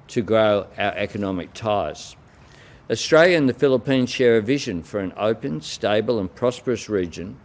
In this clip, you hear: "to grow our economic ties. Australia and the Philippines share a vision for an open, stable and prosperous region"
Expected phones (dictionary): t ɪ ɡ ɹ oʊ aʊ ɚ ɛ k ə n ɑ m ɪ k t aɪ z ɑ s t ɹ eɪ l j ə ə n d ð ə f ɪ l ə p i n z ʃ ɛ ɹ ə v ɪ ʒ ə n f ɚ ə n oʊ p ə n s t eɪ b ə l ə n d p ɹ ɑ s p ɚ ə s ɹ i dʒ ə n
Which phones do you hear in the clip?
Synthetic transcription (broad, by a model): t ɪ ɡ ɹ oʊ aʊ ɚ ɛ k ə n ɑ m ɪ k t aɪ z ɑ s t ɹ eɪ l j ə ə n ð ə f ɪ l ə p i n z ʃ ɛ ɹ ə v ɪ ʒ ə n f ɚ ə n oʊ p ə n s t eɪ b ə l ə n p ɹ ɑ s p ɚ ə s ɹ i dʒ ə n